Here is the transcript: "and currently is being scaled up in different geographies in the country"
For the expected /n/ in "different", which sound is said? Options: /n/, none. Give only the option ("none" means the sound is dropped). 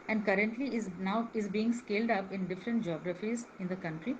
/n/